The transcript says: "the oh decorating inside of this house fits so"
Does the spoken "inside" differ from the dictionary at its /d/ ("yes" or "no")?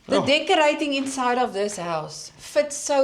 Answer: no